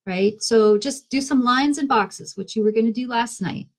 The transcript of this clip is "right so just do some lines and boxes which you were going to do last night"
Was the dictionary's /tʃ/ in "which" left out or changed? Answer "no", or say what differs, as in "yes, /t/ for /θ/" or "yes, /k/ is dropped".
no